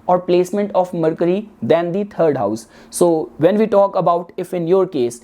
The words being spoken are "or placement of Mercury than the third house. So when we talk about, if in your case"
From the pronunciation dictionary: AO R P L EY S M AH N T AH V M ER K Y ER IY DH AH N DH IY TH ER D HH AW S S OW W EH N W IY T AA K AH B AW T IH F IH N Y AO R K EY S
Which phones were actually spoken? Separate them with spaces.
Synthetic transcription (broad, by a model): AO R P L EY S M AH N T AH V M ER K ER IY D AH N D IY T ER D HH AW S S OW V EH N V IY T AA K AH B AW T IH F IH N Y AO R K EY S